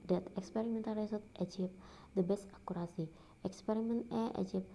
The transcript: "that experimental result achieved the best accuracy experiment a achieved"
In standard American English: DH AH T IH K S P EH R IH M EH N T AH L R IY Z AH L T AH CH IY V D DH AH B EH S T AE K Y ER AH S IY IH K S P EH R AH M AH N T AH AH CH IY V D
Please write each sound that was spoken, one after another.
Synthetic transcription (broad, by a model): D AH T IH K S P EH R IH M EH N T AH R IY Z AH T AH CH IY P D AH B EH S T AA K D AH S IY IH K S P EH R AH M AH N T AH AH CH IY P